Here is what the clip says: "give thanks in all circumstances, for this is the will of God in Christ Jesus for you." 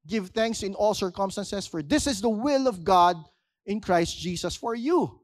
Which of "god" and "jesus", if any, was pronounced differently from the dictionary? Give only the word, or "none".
jesus